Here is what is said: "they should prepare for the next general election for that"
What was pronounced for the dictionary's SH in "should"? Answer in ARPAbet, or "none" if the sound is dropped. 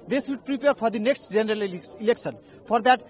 S